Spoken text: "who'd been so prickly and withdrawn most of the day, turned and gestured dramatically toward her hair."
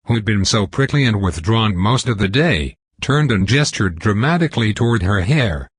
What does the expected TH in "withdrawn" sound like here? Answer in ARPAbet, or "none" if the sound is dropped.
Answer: TH